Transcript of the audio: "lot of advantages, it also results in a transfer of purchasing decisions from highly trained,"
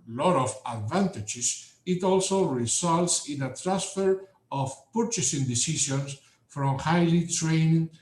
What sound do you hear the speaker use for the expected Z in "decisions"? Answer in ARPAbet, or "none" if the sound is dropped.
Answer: S